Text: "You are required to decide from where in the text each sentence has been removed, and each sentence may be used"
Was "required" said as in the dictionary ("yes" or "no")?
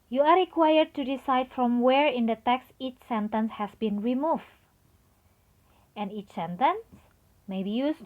yes